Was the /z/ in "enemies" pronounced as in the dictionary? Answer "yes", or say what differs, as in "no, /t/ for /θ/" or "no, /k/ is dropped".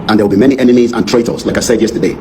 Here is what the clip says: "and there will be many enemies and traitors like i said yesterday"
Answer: yes